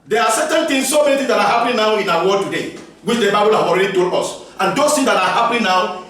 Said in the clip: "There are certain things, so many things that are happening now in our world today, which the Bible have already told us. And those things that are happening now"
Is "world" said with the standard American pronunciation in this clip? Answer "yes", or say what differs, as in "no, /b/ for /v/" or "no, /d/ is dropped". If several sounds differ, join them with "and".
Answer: no, /l/ is dropped